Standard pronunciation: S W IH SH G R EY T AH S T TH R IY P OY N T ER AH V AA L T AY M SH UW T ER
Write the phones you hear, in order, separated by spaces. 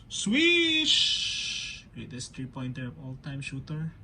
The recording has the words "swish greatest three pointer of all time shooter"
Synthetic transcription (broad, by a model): S W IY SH G R EY T AH S T R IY P OY N T ER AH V AA L T AY M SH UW T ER